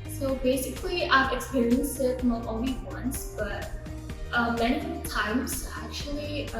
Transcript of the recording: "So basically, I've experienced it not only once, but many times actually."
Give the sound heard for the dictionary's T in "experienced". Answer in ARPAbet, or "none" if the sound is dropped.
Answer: none